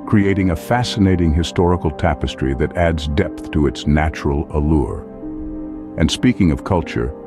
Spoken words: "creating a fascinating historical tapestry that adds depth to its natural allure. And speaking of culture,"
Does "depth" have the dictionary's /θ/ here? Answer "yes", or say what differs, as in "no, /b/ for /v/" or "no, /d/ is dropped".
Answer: yes